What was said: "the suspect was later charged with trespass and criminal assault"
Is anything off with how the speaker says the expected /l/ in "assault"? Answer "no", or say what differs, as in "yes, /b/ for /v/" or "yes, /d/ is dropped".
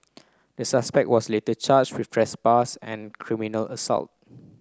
no